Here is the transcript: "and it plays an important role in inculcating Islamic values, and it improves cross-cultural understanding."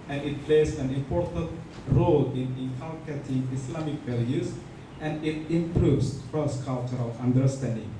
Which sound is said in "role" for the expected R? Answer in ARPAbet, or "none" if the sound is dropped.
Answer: R